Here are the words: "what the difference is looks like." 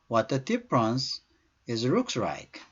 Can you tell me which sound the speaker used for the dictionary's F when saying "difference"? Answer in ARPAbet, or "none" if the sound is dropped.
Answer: P